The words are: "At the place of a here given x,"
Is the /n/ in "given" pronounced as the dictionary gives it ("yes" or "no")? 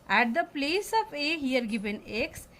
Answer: yes